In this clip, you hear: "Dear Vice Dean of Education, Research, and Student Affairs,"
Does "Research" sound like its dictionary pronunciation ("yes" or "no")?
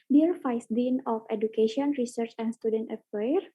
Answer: yes